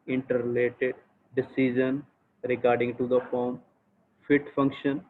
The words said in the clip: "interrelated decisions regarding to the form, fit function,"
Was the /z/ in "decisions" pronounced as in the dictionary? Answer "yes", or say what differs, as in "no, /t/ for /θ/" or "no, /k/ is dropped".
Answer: no, /z/ is dropped